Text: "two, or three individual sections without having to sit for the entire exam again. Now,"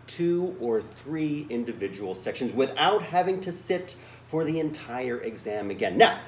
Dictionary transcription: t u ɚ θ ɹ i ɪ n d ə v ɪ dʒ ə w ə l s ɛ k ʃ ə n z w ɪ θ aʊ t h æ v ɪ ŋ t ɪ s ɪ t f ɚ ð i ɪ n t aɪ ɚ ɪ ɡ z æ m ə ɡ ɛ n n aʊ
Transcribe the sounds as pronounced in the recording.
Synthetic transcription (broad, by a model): t u ɚ θ ɹ i ɪ n d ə v ɪ dʒ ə w l s ɛ k ʃ ə n z w ɪ θ aʊ t h æ v ɪ ŋ t ɪ s ɪ t f ɚ ð i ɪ n t aɪ ɚ ɪ ɡ z æ m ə ɡ ɛ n n aʊ